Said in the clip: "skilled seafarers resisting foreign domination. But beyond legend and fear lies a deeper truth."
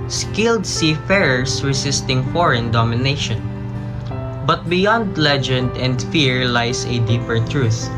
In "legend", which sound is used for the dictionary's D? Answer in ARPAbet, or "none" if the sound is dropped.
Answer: D